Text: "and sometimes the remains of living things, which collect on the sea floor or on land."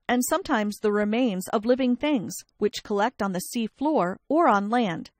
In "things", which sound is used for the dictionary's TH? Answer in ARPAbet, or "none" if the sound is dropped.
TH